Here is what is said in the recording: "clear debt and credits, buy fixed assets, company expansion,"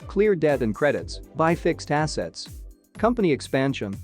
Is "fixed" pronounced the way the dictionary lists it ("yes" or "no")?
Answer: yes